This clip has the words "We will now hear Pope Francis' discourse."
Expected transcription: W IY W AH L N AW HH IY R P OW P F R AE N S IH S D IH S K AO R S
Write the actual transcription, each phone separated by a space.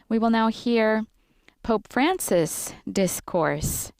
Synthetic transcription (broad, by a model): W IY W AH L N AW HH IY R P OW P F R AE N S IH S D IH S K AO R S